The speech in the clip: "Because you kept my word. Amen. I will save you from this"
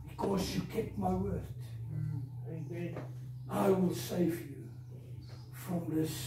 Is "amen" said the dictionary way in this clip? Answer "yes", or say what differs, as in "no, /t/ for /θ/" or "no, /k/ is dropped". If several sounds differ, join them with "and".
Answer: no, /m/ is dropped